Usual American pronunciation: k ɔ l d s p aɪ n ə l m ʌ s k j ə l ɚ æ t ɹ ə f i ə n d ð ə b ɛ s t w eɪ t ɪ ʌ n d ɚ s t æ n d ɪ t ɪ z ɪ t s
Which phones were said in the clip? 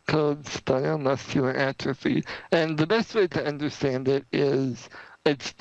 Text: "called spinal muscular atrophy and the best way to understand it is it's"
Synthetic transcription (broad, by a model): k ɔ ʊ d s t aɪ ə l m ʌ s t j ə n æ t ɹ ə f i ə n ð ə b ɛ s t w eɪ t ɪ ʌ n d ɚ s t æ n d ɪ t ɪ z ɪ t s